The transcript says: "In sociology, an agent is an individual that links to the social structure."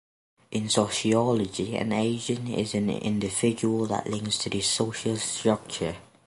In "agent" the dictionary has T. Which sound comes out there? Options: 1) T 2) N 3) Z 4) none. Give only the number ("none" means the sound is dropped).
4